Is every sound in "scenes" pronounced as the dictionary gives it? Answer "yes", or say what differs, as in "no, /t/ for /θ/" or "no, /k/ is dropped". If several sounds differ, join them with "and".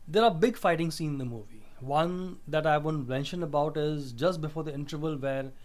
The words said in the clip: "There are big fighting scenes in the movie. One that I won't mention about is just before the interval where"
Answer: no, /z/ is dropped